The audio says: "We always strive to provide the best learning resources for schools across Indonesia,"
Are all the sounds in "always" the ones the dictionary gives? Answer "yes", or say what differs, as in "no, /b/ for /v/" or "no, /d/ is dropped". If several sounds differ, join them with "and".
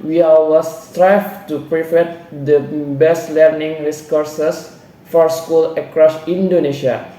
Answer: no, /l/ is dropped